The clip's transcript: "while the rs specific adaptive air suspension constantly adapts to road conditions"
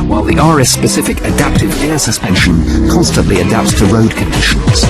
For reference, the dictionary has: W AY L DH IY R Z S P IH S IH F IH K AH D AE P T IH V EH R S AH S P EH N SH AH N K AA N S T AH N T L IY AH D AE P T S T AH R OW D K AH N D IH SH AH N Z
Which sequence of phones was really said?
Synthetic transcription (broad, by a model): W AY L DH IY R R S P IH S IH F IH K AH D AE P T IH V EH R S AH S P EH N SH AH N K AA N S T AH N T L IY AH D AE P T S T AH R OW D K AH N D IH SH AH N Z